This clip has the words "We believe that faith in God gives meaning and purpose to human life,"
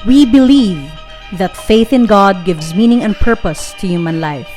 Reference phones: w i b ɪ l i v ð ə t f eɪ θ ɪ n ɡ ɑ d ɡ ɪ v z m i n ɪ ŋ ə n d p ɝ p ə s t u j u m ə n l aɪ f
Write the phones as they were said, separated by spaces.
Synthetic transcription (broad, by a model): w i b ɪ l i v ð ə t f eɪ θ ɪ n ɡ ɑ d ɡ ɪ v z m i n ɪ ŋ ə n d p ɝ p ə s t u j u m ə n l aɪ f